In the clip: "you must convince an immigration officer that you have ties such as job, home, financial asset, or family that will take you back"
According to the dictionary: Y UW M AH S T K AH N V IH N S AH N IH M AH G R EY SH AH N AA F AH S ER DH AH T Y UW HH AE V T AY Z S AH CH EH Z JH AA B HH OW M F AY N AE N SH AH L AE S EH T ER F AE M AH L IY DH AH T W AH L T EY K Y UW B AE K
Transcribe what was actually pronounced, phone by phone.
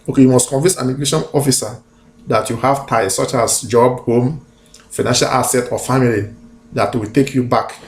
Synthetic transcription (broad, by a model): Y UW M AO S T K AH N V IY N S AH N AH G L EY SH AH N AA F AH S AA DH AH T Y UW HH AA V T AY S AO CH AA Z JH AA B HH OW M F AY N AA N SH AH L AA S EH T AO F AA M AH L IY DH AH T W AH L T EY K Y UW B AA K